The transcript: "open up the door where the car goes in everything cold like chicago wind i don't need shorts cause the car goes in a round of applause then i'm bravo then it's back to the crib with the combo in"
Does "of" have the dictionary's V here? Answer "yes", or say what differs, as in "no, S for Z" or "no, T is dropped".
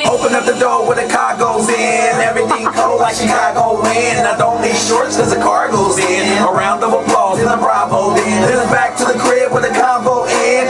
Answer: no, W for V